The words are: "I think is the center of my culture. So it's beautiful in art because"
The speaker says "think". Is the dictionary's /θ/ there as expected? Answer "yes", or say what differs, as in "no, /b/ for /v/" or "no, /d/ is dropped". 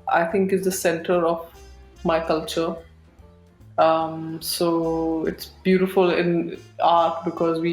no, /t/ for /θ/